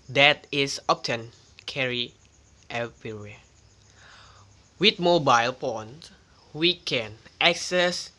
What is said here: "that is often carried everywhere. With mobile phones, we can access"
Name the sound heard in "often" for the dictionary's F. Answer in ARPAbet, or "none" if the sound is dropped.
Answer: P